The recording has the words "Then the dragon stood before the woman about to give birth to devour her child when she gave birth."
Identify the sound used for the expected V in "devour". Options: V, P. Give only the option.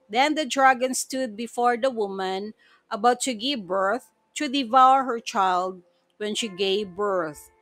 V